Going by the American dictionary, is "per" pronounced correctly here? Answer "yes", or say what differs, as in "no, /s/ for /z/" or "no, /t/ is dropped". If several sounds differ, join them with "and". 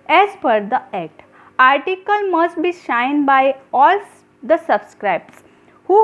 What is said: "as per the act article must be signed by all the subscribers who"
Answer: no, /f/ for /p/